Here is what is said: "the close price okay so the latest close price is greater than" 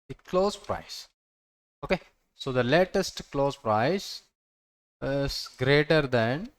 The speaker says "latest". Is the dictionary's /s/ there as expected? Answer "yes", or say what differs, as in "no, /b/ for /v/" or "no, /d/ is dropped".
yes